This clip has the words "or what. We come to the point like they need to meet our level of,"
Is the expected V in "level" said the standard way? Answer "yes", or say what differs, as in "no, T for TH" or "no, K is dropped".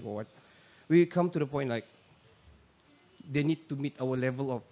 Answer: yes